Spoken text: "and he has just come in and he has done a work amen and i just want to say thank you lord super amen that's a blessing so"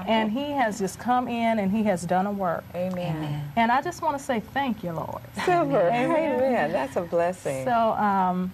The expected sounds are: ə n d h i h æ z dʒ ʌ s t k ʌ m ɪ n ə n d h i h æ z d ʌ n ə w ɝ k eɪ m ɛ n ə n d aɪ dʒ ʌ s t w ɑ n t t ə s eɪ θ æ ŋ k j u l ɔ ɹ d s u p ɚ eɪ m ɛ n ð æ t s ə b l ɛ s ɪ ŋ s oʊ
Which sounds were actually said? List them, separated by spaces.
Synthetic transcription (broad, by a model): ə n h i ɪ z dʒ ʌ s k ʌ m ɪ n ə n i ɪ z d ʌ n ə w ɝ k eɪ m ɛ n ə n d aɪ dʒ ʌ s t w ɑ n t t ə s eɪ θ æ ŋ k j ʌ l ɔ ɹ d s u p ɚ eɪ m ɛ n ð æ t s ə b l ɛ s ɪ ŋ s oʊ